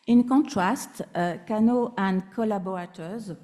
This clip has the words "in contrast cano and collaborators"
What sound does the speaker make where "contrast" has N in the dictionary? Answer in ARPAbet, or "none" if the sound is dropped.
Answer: none